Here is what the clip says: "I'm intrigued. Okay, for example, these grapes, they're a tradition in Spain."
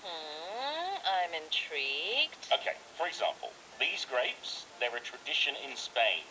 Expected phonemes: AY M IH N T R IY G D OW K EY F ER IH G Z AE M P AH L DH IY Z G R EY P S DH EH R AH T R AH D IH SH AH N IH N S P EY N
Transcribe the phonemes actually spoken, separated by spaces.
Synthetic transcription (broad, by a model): AY M IH N T R IY G D OW K EY F ER IH G Z AE M P AH L DH IY Z G R EY P S DH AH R AH T R AH D IH SH AH N IH N S P EY N